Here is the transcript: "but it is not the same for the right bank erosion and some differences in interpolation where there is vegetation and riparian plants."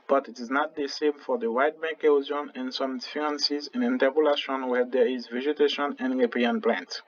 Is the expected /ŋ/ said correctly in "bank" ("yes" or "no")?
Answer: no